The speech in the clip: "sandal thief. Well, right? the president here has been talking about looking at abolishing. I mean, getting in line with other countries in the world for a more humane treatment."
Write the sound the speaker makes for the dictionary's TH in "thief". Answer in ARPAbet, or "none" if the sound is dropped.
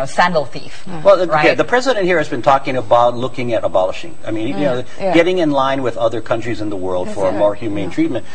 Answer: TH